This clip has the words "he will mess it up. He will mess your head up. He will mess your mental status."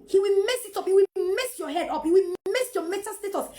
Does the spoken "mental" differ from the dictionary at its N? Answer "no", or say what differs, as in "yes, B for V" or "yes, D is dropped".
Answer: yes, N is dropped